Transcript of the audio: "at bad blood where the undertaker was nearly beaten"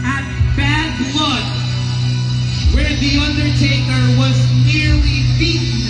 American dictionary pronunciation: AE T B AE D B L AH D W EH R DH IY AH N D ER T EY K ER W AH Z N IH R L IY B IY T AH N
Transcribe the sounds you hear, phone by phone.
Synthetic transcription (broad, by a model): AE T B AE D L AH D W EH R DH IY AH N D ER T EY K ER W AH Z N IH R L IY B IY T